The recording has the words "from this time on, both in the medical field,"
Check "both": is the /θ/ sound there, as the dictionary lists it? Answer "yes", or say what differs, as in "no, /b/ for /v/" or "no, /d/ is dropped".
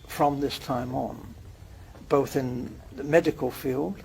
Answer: yes